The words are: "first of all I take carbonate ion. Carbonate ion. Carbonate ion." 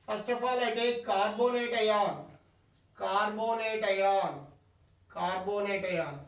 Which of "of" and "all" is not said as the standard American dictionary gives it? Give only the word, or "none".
of